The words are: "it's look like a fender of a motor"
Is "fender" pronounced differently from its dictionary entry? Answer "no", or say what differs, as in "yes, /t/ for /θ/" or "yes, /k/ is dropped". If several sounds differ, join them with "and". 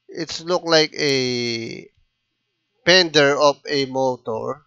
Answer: yes, /p/ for /f/